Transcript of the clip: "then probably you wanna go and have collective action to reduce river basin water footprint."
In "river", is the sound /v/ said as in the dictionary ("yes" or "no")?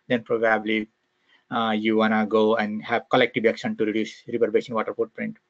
no